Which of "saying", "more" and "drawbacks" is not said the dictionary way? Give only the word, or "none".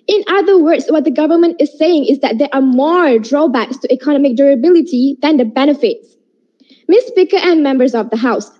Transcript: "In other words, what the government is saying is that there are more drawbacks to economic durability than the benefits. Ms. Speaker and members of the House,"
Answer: none